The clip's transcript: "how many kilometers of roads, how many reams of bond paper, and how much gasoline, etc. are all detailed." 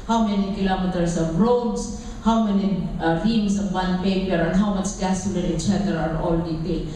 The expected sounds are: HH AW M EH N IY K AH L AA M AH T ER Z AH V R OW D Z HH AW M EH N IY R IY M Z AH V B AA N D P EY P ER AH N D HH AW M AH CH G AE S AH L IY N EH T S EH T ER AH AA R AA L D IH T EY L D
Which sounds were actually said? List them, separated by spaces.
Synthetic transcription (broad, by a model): HH AW M EH N IY K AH L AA M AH T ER S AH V R OW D S HH AW M EH N IY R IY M S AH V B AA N P EY P ER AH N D HH AW M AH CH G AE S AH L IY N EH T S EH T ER AA R AA L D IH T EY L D